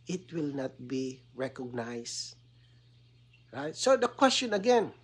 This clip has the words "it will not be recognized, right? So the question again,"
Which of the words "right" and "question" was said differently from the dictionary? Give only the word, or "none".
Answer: none